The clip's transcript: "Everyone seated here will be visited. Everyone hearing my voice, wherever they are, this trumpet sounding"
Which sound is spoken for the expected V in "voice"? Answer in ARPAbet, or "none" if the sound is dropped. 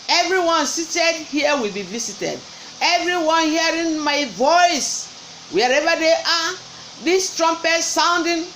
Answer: V